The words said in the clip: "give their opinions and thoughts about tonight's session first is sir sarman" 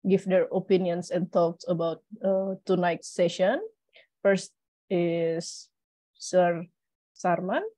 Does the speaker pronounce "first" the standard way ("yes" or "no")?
yes